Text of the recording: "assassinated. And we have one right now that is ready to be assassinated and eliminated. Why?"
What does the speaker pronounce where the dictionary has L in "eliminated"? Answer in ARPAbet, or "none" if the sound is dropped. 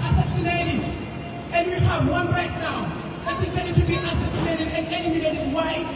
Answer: N